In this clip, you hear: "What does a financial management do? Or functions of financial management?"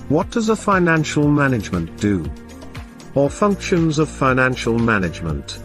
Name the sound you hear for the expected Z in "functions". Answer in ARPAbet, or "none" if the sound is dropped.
Z